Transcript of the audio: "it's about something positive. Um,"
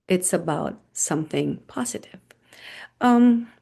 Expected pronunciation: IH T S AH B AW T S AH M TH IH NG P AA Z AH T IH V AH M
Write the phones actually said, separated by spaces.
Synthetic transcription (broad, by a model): IH T S AH B AW T S AH M TH IH NG P AA Z AH T IH V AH M